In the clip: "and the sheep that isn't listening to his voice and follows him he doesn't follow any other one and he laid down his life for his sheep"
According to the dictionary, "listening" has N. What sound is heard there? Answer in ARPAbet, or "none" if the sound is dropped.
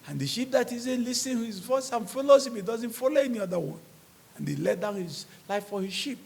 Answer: none